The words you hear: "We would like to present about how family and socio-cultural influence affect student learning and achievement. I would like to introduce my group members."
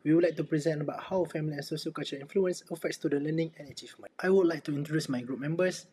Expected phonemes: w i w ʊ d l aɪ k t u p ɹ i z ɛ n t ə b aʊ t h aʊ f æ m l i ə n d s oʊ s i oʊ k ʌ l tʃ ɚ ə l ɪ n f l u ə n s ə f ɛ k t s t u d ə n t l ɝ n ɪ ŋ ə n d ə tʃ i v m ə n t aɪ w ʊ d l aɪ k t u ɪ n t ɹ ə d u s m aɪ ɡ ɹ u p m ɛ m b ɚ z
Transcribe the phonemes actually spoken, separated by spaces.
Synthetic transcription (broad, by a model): w i w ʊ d l aɪ k t u p ɹ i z ɛ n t ə b aʊ t h aʊ f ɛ m l i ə n s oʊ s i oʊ k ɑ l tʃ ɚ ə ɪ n f l u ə n s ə f ɛ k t s t u d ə l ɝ n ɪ ŋ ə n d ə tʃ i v m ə t aɪ w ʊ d l aɪ k t u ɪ n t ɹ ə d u s m aɪ ɡ ɹ u p m ɛ m b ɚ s